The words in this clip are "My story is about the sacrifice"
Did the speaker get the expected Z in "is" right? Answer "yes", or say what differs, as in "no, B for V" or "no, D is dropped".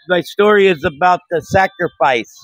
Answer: yes